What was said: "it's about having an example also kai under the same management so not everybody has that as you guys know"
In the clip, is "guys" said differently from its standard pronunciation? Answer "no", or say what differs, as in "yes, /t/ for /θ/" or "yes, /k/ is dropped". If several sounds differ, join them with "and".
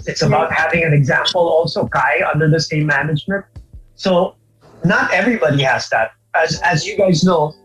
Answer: no